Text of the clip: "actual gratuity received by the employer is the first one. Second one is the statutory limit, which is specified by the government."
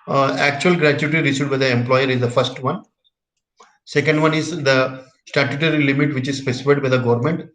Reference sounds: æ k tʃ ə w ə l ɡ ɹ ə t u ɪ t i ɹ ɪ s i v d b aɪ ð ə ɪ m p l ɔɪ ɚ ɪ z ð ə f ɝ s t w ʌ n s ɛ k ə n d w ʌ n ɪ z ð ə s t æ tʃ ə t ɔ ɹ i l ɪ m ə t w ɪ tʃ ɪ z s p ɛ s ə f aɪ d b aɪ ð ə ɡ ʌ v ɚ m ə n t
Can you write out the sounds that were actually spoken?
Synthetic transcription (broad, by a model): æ k tʃ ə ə l ɡ ɹ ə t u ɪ t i ɹ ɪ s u d b aɪ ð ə ɪ m p l ɔɪ ɚ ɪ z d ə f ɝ s t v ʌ n s ɛ k ə n d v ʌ n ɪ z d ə s t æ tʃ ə t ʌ ɹ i l ɪ m ə t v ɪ tʃ ɪ z s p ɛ s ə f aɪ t b aɪ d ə ɡ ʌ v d m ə n t